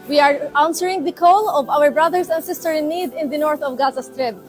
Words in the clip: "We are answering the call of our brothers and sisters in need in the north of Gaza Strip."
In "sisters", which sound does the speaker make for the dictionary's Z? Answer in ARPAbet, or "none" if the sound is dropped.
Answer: none